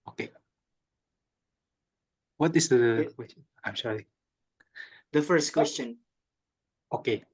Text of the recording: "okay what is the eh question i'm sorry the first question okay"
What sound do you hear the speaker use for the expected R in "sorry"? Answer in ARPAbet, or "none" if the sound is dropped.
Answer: none